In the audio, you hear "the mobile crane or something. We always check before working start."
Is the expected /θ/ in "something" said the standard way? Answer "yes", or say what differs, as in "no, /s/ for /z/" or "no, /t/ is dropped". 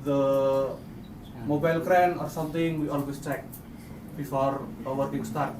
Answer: no, /t/ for /θ/